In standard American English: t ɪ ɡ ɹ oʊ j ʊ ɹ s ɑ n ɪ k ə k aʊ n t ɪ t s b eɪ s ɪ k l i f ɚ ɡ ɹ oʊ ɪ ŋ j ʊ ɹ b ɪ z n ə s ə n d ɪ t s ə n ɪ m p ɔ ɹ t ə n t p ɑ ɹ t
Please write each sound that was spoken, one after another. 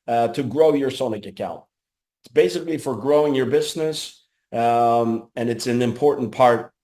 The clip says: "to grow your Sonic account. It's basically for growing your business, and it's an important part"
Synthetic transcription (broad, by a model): t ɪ ɡ ɹ oʊ j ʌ ɹ s ɑ n ɪ k ə k aʊ n t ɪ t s b eɪ s ɪ k l i f ɚ ɡ ɹ oʊ ɪ ŋ j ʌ ɹ b ɪ z n ə s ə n ɪ t s ə n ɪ m p ɔ ɹ t n p ɑ ɹ t